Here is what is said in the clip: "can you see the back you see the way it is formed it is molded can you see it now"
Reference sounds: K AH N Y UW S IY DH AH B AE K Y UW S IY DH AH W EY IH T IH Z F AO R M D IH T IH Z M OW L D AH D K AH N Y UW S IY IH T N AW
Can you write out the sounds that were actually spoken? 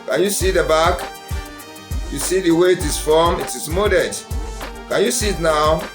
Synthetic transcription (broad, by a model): K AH N Y UW S IY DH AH B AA K Y UW S IY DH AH W EY IH T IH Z F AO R M IH T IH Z M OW D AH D K AH N Y UW S IY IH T N AW